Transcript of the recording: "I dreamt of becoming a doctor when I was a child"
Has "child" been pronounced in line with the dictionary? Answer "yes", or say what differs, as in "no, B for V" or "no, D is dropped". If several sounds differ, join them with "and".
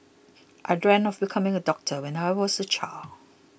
no, D is dropped